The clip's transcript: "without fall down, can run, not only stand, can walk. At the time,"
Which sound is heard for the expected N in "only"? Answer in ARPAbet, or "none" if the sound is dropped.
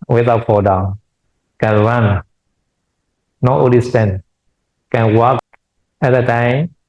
none